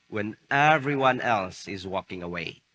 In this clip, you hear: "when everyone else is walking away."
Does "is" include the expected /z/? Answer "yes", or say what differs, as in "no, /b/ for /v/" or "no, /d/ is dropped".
yes